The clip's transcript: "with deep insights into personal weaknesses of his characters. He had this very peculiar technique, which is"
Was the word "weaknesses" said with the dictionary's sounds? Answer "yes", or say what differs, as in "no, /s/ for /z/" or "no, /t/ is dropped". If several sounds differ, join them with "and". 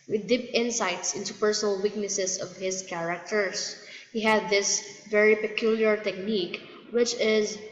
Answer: no, /s/ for /z/